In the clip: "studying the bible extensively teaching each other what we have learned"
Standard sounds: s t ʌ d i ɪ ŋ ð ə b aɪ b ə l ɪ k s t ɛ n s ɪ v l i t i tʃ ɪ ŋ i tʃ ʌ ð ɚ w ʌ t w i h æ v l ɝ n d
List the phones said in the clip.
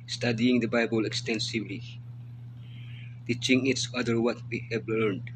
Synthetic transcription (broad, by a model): s t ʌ d i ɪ ŋ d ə b aɪ b ə l ɪ k s t ɛ n s ɪ v l i t i tʃ ɪ ŋ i s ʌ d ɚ w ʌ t w i h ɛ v l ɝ n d